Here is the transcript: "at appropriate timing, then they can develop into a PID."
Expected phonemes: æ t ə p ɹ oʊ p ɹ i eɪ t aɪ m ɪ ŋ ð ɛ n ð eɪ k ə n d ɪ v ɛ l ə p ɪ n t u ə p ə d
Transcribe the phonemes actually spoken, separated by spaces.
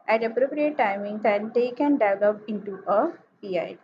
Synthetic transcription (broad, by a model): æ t ə p ɹ oʊ p ɹ i eɪ t aɪ m ɪ ŋ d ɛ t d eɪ k ə n d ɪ ɪ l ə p ɪ n t u ə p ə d